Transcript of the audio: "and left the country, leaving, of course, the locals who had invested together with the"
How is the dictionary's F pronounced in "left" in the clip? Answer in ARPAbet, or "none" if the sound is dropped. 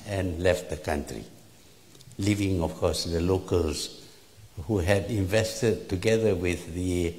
F